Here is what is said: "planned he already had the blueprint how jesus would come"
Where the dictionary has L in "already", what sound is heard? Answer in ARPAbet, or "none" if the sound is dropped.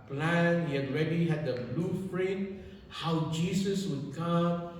N